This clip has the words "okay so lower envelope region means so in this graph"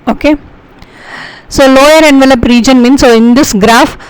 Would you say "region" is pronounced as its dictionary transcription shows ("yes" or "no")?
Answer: yes